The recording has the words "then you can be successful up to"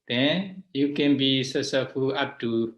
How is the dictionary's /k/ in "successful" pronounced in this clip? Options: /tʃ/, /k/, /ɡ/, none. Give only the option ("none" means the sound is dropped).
none